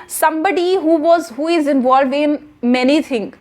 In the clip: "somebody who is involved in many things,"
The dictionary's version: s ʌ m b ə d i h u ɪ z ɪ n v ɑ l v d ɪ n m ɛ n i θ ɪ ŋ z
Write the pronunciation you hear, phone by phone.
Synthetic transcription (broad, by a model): s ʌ m b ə d i h u ɪ z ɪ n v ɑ l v ɪ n m ɛ n i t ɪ ŋ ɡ